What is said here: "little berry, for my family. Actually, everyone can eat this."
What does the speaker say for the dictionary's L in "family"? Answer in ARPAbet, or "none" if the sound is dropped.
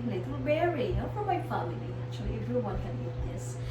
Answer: none